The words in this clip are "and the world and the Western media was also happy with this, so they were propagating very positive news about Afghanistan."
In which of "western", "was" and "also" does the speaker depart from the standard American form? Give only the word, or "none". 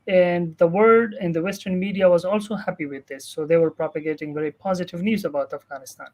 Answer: none